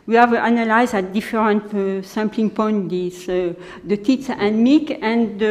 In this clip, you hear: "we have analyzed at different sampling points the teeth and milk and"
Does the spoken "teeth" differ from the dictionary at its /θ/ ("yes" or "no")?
yes